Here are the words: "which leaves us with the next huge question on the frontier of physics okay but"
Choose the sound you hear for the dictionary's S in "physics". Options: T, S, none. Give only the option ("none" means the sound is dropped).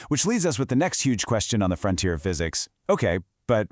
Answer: S